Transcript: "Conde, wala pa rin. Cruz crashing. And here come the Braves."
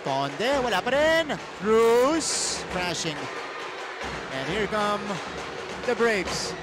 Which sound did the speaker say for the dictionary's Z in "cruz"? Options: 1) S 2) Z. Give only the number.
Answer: 1